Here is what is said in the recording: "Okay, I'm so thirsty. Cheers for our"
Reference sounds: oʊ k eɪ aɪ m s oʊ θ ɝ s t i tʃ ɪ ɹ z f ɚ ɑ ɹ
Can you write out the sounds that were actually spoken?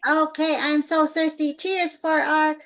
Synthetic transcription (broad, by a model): oʊ k eɪ aɪ m s oʊ θ ɝ s t i tʃ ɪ ɹ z f ɚ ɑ ɹ